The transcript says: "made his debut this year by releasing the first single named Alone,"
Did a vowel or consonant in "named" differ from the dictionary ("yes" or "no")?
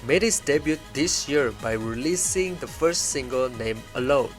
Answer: yes